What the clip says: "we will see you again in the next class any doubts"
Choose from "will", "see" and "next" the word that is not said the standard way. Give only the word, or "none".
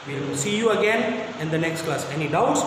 will